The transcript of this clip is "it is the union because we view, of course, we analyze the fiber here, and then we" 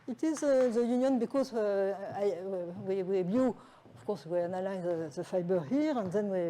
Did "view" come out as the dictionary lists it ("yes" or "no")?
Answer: no